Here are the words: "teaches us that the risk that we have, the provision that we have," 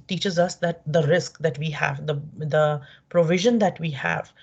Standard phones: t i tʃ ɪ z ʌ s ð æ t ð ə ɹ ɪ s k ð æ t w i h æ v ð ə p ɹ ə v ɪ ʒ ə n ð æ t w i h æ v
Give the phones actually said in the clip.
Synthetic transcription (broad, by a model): t i tʃ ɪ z ʌ s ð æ t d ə ɹ ɪ s k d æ t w i h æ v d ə p ɹ ə v ɪ ʒ ə n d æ t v i h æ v